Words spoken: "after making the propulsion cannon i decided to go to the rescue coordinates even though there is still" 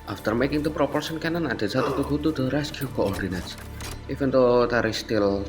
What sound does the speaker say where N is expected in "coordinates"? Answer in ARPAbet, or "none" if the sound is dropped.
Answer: N